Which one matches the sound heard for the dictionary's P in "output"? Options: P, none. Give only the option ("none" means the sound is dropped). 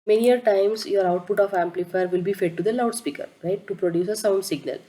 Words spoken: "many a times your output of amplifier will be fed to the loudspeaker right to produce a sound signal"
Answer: P